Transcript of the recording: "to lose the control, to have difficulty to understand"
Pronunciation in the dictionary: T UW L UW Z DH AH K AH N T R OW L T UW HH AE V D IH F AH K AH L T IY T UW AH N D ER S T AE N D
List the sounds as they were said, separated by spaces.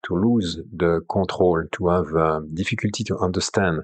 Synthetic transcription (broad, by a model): T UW L UW Z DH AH K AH T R OW L T UW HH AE V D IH F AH K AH L T IY T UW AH N D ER S T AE N D